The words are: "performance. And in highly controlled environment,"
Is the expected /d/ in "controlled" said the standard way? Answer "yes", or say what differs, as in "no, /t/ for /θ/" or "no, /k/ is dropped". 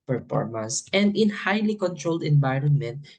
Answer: yes